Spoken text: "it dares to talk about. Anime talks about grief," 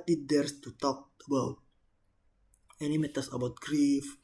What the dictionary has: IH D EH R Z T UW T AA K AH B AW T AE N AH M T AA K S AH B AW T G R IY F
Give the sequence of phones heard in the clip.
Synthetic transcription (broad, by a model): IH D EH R S T UW T AA K AH B AW T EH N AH M T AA S AH B AW T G R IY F